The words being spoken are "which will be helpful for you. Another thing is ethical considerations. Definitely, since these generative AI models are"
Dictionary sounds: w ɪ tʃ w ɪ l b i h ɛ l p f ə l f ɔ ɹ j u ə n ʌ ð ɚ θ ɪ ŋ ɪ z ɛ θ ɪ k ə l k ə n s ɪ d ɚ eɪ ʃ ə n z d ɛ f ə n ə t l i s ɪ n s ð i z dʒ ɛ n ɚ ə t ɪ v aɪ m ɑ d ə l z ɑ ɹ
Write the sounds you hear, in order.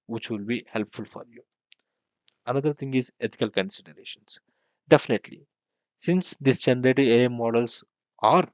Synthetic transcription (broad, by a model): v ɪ tʃ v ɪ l b i h ɛ l p f ə l f ɔ ɹ j u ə n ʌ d ɚ t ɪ ŋ ɪ z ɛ t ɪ k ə l k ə n s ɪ d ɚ eɪ ʃ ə n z d ɛ f ə n ə t l i s ɪ n s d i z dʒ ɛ n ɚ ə t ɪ ɛ m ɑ d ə l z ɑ ɹ